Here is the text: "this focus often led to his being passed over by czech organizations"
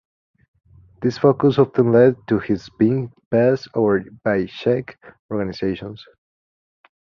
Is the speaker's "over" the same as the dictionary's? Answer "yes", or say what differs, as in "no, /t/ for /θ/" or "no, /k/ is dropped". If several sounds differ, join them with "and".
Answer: no, /v/ is dropped